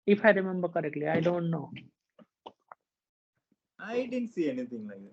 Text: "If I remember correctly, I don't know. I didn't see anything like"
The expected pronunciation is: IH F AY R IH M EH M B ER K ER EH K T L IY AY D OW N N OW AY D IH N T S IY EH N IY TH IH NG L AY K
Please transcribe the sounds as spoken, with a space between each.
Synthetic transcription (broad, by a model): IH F AY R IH M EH M B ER K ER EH K T L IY AY D OW N N OW AY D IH N S IY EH N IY T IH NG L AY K